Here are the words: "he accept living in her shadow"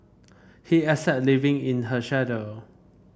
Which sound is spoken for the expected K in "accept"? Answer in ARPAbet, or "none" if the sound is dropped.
none